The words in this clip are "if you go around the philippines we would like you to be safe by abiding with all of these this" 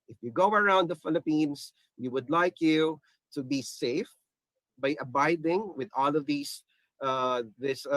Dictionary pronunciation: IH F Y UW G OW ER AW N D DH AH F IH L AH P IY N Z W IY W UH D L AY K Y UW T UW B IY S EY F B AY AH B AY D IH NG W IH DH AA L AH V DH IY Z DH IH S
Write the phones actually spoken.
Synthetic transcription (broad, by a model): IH F Y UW G OW ER AW N D DH AH F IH L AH P IY N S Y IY W UH D L AY K Y UW T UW B IY S EY F B AY AH B AY D IH NG W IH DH AA L AH V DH IY S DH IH S